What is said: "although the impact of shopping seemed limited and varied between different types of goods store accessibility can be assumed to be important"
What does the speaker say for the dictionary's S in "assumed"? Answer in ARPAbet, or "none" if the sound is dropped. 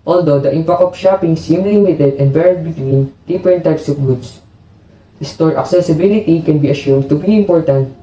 SH